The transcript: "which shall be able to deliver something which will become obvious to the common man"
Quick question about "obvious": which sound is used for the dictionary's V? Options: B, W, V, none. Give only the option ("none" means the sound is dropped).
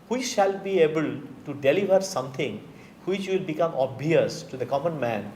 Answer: none